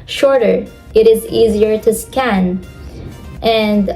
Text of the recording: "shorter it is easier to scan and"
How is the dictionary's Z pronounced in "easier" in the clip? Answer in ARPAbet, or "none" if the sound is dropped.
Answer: Z